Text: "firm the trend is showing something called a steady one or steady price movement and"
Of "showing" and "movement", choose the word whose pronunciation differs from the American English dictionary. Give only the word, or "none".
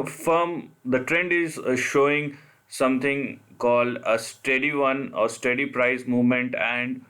none